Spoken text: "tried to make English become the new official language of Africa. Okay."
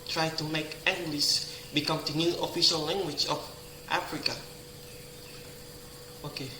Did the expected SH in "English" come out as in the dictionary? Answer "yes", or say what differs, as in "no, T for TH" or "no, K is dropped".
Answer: no, S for SH